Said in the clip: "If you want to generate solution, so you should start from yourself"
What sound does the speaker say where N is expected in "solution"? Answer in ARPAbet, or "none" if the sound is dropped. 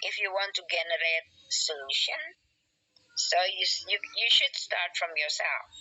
N